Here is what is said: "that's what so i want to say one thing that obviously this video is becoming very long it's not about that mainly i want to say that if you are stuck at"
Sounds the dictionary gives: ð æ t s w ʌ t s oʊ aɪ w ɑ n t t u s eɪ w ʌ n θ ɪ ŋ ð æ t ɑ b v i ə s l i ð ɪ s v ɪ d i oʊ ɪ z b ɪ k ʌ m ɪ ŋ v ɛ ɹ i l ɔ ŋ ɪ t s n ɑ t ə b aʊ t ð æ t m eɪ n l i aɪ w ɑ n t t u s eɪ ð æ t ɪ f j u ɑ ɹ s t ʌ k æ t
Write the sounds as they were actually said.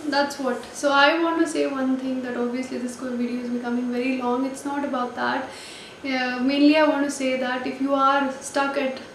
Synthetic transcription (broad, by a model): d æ t s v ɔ t s oʊ aɪ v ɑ n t t u s eɪ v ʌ n t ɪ ŋ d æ t ɑ b v i ə s l i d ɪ s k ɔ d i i ɪ z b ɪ k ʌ m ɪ ŋ v ɛ ɹ i l ɔ ŋ ɪ t s n ɑ t ə b aʊ t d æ t m eɪ n l i aɪ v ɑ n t t u s eɪ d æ t ɪ f j u ɑ ɹ s t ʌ k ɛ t